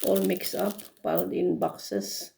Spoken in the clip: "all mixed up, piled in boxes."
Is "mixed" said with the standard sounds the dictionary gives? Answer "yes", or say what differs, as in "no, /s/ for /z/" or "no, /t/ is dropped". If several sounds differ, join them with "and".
no, /t/ is dropped